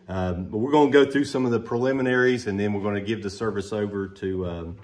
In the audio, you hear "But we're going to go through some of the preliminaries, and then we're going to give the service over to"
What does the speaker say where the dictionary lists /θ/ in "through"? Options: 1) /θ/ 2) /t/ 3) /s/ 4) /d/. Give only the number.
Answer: 1